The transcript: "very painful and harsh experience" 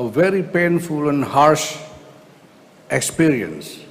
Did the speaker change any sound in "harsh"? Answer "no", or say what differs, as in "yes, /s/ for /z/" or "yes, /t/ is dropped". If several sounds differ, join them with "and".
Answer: no